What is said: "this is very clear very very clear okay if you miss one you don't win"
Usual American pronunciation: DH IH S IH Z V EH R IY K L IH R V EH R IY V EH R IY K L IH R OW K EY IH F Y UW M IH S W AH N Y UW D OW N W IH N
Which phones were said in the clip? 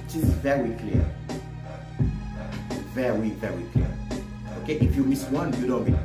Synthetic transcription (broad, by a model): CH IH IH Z V EH R IY K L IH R V EH R IY V EH R IY K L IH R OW K EY IH F Y UW M IH S W AH N Y UW D OW N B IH